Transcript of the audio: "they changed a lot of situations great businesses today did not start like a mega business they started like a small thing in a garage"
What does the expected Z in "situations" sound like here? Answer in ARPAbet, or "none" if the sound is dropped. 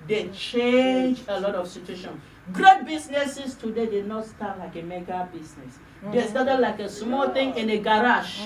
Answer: none